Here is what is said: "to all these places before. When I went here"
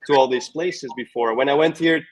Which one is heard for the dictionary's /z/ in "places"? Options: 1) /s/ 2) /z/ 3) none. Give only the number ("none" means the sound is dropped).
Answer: 2